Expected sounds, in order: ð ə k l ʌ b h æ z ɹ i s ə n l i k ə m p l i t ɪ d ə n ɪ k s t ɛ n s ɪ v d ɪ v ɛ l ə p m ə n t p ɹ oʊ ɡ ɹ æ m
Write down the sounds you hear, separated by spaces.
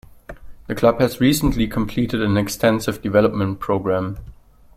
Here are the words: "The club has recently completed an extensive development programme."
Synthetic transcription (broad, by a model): ð ə k l ʌ b h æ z ɹ i s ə n l i k ə m p l i t ɪ d ə n ɪ k s t ɛ n s ɪ v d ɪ v ɛ l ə p m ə n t p ɹ oʊ ɡ ɹ æ m